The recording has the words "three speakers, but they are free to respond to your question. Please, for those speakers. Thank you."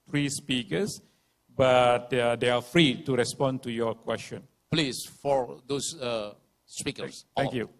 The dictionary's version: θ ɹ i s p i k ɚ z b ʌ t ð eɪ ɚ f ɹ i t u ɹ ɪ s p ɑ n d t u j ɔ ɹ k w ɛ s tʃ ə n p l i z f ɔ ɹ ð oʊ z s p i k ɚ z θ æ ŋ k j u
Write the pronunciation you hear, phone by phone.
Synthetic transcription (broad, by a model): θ ɹ i s p i k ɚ s b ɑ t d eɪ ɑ f ɹ i t u ɹ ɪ s p ɑ n t u j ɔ k w ɛ s tʃ ə n p l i s f ɔ ɹ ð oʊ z s p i k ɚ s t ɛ k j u